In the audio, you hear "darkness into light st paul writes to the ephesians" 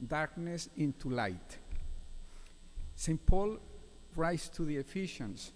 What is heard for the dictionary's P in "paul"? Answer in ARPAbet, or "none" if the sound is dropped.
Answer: P